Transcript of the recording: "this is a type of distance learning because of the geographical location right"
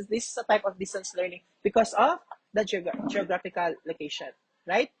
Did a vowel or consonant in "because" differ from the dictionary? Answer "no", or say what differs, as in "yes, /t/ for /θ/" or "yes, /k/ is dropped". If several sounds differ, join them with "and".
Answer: yes, /s/ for /z/